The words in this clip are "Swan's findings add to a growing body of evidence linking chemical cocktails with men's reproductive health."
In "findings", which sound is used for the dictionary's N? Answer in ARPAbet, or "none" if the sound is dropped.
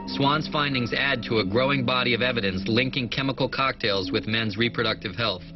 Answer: N